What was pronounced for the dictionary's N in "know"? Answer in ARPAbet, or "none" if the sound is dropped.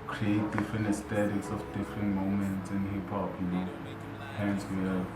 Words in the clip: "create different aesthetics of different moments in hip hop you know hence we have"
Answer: L